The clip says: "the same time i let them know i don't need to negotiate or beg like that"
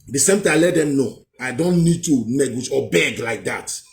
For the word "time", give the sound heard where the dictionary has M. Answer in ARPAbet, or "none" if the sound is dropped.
none